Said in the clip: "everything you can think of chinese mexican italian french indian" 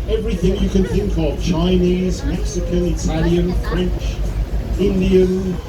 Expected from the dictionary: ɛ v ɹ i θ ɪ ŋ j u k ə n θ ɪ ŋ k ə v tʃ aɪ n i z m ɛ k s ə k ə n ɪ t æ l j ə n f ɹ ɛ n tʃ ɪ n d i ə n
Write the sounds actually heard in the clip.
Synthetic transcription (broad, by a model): ɛ v ɹ i θ ɪ ŋ j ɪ k ə n θ ɪ ŋ k ə v tʃ aɪ n i z m ɛ k s ə k ə n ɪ t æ l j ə n f ɹ ɛ n tʃ ɪ n d i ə n